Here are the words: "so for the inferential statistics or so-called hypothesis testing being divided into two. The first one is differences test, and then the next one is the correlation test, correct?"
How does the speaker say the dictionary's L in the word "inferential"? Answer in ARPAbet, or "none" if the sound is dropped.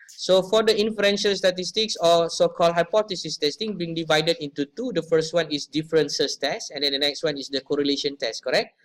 L